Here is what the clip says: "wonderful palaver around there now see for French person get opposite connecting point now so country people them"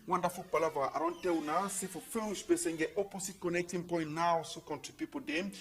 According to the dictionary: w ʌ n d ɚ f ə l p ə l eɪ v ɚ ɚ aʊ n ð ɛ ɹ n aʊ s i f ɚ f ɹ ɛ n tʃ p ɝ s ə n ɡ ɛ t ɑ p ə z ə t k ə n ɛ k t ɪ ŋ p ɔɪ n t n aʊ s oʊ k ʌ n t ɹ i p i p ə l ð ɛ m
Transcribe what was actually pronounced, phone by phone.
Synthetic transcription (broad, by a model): w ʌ n d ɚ f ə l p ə l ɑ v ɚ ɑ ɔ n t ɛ l n aʊ s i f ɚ f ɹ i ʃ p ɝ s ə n ɡ ɛ t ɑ p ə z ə t k ə n ɛ k t ɪ ŋ p ɔɪ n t n aʊ s oʊ k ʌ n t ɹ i p i p ə l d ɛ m